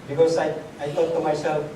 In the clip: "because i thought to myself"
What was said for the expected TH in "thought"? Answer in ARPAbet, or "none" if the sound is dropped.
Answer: T